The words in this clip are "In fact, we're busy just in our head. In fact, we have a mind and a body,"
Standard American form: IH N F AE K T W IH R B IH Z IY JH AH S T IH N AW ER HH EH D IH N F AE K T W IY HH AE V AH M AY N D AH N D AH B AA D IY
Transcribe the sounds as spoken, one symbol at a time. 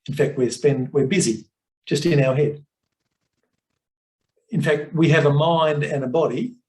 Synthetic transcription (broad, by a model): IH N F AE K T W IH R B IH Z IY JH AH S T IH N AW ER HH EH D IH N F AE K T W IY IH V AH M AY N D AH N AH B AA D IY